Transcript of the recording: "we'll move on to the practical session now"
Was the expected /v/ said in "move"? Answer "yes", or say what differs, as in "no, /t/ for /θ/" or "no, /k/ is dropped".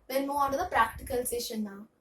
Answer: no, /v/ is dropped